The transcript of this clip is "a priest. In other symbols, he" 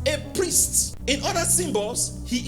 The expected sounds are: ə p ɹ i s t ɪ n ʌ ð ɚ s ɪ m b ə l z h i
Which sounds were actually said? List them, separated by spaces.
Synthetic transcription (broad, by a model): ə p ɹ i s t ɪ n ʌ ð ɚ s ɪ m b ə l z h i